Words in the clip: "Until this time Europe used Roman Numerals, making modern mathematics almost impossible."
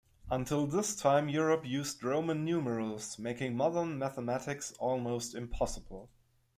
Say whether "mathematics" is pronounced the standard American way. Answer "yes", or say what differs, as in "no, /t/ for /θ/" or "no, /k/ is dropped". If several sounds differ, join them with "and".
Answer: yes